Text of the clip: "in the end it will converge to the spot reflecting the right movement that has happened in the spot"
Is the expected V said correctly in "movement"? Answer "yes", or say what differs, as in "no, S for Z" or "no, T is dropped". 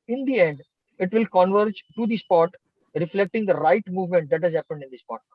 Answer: yes